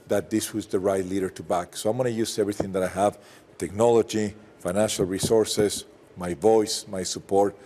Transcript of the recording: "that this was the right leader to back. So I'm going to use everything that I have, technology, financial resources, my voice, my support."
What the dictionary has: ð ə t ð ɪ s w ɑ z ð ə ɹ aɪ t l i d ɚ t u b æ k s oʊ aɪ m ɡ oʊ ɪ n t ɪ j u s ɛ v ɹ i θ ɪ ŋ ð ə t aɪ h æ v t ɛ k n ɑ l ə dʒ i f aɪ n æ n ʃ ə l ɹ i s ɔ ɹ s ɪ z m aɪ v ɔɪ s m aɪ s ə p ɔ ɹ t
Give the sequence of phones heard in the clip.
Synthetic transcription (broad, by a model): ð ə t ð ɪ s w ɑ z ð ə ɹ aɪ t l i d ɚ t u b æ k s oʊ aɪ m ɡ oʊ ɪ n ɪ j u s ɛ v ɹ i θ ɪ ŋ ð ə t aɪ h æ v t ɛ k n ɑ l ə dʒ i f aɪ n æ n ʃ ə l ɹ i s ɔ ɹ s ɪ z m aɪ v ɔɪ s m aɪ s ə p ɔ ɹ t